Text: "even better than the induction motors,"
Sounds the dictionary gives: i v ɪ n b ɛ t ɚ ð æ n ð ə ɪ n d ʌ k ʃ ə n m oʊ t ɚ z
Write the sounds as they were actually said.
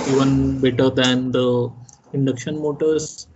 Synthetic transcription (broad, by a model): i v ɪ n b ɛ t ɚ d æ n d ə ɪ n d ʌ k ʃ ə n m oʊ t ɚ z